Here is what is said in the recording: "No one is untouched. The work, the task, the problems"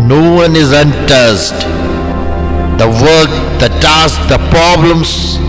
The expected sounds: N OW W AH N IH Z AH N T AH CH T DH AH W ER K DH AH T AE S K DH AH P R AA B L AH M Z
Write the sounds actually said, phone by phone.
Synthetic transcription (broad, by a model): N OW W AH N IH Z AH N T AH S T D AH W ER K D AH T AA S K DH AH P R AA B L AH M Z